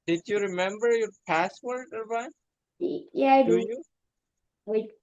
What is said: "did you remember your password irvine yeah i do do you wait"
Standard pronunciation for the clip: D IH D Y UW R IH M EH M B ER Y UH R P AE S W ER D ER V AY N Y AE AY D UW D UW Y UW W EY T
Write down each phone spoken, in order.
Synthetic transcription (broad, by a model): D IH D Y UW R IH M EH M B ER Y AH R P AE S W ER D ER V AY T Y AE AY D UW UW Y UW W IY